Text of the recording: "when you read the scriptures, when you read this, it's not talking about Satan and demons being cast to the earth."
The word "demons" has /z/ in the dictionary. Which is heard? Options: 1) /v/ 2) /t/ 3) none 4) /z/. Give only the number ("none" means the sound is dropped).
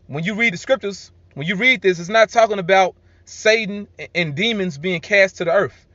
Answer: 4